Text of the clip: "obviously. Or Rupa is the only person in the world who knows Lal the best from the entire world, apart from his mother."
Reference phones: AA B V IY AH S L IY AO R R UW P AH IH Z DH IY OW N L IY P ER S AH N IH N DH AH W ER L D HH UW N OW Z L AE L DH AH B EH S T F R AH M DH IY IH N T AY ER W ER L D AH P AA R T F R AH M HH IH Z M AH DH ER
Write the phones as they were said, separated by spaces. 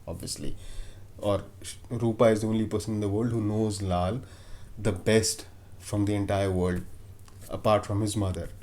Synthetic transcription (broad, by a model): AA B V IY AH S L IY AO R R UW P AH IH Z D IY OW N L IY P ER S AH N IH N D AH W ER L D HH UW N OW Z L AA L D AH B EH S T F R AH M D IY IH N T AY ER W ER L D AH P AA R T F R AH M HH IH Z M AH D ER